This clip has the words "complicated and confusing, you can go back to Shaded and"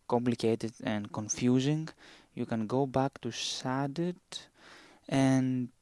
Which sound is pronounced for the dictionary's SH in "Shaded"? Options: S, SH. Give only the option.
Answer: S